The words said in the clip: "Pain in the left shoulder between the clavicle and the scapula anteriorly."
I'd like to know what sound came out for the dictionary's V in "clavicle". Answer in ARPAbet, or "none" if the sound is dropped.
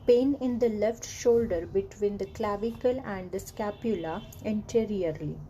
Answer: V